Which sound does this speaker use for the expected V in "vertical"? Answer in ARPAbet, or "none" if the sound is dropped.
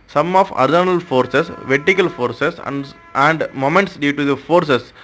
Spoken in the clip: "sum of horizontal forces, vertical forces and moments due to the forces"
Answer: V